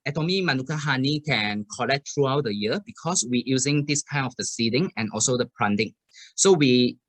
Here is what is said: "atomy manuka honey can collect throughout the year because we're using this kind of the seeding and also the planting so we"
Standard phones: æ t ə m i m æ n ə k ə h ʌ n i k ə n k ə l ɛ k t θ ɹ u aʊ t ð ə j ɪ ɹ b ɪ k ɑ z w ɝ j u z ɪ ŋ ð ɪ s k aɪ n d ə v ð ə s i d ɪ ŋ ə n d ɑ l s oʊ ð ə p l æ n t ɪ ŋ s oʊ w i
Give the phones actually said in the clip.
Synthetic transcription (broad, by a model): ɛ t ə m i m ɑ n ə k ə h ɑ n i k ə n k ə l ɛ k t ɹ u aʊ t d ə j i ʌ b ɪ k ɑ s w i j u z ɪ ŋ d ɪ s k aɪ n ə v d ə s i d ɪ ŋ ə n ɑ l s oʊ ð ə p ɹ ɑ n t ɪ ŋ s oʊ w i